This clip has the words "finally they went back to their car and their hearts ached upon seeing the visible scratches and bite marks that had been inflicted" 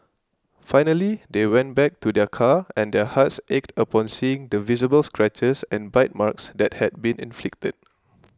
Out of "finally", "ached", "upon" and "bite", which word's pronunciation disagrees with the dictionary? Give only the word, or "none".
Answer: none